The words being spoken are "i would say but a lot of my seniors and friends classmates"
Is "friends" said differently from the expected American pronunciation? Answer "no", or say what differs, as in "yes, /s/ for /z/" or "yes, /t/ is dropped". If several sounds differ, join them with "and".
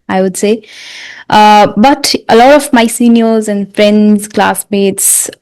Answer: no